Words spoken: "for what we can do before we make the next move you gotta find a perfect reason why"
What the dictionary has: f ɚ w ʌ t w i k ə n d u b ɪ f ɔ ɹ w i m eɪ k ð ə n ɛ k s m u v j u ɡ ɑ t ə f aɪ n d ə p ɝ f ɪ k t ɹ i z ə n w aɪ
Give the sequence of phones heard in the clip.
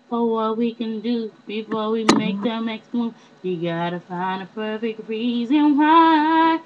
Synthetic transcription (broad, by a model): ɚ w ʌ t w i k ə n d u b ɪ f ɔ ɹ w i m eɪ k ð ə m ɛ k s m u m j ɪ ɡ ɑ t ə f aɪ n d ə p ɝ f ɪ k t ɹ i z ə n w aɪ